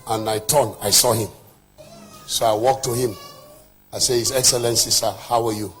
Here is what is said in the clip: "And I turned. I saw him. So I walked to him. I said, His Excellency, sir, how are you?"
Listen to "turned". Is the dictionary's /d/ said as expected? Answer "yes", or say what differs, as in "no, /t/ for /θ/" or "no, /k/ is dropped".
no, /d/ is dropped